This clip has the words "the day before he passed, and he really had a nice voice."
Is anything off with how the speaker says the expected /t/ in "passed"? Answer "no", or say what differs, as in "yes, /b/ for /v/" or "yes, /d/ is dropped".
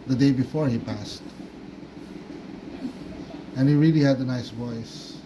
no